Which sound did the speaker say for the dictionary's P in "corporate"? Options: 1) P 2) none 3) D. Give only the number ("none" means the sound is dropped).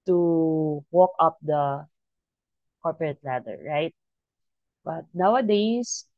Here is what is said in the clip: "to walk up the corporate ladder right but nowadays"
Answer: 1